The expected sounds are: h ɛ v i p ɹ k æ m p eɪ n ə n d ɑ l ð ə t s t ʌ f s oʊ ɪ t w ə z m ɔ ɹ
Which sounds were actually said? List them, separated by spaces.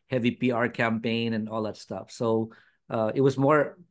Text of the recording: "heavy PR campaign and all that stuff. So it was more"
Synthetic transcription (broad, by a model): h ɛ v i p ɹ k æ m p eɪ n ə n ɑ l ð ə t s t ʌ f s oʊ ɪ t w ə z m ɔ ɹ